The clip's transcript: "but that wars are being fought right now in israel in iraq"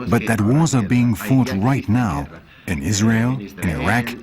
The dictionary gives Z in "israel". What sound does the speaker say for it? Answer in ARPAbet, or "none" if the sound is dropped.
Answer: Z